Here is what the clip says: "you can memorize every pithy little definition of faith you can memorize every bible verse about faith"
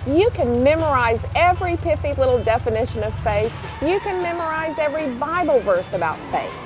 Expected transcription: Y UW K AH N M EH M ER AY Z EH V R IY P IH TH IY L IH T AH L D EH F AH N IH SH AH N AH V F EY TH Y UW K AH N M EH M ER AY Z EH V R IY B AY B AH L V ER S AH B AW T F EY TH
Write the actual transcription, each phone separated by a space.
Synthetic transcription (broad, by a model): Y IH K AH N M EH M ER AY Z EH V R IY P IH F IY L IH T L D EH F AH N IH SH AH N AH V F EY TH Y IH K AH N M EH M ER AY Z EH V R IY B AY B L V ER S AH B AW T F EY TH